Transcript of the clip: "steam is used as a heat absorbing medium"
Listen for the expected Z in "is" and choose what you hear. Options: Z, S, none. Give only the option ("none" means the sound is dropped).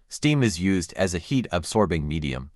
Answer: Z